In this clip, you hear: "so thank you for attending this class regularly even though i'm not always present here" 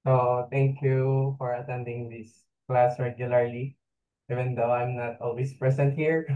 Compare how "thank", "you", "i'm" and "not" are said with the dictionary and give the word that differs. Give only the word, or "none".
thank